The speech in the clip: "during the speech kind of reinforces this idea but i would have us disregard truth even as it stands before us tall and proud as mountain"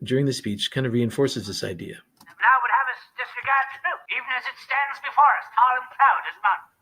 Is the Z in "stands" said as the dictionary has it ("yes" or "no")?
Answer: yes